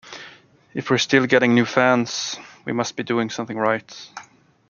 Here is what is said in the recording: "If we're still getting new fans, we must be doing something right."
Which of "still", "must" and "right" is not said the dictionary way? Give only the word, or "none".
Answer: none